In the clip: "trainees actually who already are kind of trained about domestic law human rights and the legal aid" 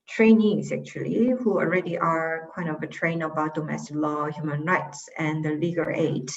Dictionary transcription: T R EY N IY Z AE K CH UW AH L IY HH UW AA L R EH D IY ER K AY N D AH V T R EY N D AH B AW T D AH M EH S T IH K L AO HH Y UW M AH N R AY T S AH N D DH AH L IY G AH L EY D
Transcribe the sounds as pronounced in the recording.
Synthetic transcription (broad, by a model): T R EY N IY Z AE K CH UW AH L IY HH UW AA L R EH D IY ER K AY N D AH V T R EY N AH B AW T D AH M EH S T IH K L AO HH Y UW M AH N R AY T S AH N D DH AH L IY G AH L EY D